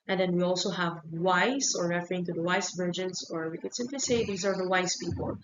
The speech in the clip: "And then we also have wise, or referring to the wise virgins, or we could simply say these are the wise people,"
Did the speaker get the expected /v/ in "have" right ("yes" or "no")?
yes